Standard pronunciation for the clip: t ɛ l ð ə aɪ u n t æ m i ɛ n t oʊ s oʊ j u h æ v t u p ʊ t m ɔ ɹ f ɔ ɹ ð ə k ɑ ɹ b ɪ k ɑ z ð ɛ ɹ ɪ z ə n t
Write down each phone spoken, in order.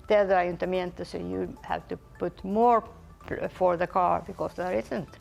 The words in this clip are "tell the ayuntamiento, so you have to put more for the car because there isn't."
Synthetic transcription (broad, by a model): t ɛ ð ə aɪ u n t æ m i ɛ n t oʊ s oʊ j u h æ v t u p ʊ t m ɔ ɹ f ɔ ɹ ð ə k ɑ ɹ b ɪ k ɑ s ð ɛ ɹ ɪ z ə n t